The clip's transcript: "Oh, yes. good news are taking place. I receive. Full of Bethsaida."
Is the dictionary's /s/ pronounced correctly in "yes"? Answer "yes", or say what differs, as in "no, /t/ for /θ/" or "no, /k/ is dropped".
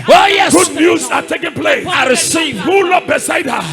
no, /s/ is dropped